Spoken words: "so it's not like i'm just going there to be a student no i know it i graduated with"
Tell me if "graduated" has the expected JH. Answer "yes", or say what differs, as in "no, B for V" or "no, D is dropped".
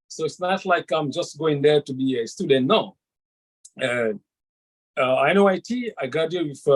no, JH is dropped